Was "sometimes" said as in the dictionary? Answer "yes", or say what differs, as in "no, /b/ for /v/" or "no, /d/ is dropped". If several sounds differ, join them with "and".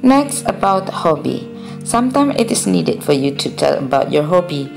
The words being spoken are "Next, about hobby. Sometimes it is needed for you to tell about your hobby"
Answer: no, /z/ is dropped